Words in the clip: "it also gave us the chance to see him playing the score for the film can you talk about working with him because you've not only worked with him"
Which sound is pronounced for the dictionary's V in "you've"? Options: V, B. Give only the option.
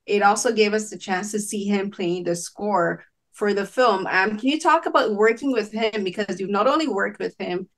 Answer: V